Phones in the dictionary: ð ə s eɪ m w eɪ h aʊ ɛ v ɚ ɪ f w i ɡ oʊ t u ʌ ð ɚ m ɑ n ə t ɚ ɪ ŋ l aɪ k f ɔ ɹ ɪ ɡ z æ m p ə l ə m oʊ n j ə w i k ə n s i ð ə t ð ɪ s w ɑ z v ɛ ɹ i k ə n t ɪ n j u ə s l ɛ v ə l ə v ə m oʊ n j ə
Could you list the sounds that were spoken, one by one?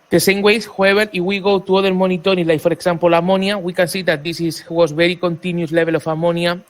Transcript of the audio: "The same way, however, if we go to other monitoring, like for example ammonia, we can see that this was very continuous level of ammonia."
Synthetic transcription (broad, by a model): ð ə s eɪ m w eɪ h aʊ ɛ b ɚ ɪ f w i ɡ oʊ t u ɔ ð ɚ m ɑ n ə t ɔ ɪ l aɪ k f ɔ ɹ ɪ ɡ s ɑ m p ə l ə m oʊ n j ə w i k ə n s i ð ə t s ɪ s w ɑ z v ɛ ɹ i k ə n t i n j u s l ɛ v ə l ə f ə m oʊ n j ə